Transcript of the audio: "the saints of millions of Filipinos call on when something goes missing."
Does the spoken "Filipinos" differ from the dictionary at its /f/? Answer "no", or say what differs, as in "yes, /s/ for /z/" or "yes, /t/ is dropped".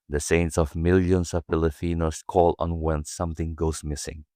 yes, /p/ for /f/